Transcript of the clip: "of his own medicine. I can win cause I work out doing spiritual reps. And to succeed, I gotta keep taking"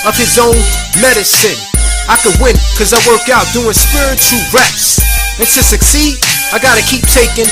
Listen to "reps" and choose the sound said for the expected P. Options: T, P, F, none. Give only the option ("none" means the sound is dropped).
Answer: none